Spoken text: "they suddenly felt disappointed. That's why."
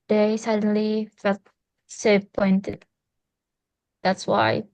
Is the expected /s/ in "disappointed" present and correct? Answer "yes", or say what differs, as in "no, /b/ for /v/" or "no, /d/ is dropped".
no, /s/ is dropped